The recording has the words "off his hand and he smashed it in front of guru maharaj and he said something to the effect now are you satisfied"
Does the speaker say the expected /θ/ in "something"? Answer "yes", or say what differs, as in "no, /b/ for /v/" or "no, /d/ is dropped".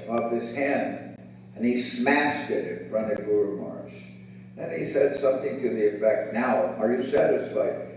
yes